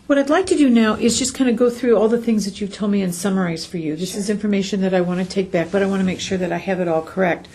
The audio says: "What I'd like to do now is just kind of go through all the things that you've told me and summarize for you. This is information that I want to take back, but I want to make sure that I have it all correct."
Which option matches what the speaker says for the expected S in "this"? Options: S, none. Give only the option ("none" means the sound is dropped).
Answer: S